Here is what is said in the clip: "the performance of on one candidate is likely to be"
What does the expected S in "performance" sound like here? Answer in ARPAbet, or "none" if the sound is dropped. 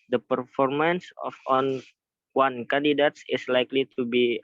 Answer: S